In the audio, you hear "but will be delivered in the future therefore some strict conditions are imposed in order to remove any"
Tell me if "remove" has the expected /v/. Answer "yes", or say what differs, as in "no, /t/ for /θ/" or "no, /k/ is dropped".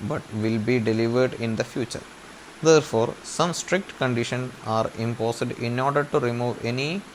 yes